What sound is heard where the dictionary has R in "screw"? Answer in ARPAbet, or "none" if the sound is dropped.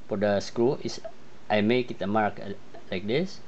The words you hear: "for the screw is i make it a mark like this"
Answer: R